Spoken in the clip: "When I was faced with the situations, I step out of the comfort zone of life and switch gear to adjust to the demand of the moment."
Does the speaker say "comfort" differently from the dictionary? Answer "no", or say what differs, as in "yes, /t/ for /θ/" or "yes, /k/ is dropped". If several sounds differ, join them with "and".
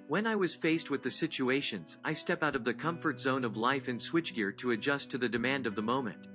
no